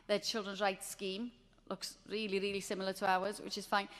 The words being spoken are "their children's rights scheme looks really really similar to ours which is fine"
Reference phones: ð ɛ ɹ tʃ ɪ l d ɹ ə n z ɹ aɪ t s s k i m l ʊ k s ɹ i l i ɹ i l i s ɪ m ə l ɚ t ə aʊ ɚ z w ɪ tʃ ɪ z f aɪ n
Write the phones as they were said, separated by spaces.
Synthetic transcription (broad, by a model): ð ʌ tʃ ɪ l d ɹ ə n z ɹ aɪ t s s k i m l ʊ k s ɹ i l i ɹ i l i s ɪ m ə l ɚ t ə aʊ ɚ z w ɪ tʃ ɪ z f aɪ n